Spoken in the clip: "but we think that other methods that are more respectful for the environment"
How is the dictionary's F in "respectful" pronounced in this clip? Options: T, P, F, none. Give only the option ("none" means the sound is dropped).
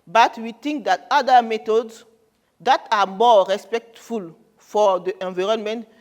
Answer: F